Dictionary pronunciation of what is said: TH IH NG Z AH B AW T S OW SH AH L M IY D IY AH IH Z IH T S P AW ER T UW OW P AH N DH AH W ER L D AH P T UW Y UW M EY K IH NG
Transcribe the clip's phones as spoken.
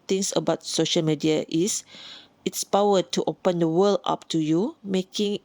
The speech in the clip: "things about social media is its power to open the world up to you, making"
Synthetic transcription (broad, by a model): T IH NG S AH B AW T S OW SH AH L M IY D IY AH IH S IH T S P AW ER T UW OW P AH N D AH W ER L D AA P T UW Y UW M EY K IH NG